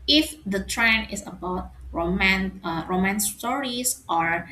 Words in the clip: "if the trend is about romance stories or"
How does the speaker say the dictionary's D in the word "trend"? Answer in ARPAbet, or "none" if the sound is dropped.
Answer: none